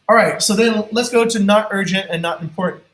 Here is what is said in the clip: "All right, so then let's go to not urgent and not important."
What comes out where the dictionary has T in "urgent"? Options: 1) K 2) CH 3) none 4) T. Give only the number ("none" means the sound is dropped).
4